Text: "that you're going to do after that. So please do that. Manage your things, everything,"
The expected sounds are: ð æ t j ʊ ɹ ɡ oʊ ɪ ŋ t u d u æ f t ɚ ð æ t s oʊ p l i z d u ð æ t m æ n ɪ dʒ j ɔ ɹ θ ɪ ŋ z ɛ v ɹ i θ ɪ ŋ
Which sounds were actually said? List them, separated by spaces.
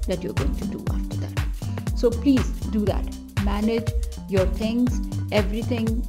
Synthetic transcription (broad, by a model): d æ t j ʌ ɹ ɡ oʊ ɪ ŋ t u d u æ f t ɚ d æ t s oʊ p l i z d u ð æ t m æ n ɪ dʒ j ɔ ɹ t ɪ ŋ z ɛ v ɹ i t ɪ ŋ